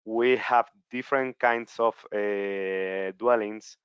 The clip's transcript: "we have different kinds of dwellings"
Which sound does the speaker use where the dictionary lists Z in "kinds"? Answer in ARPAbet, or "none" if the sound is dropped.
S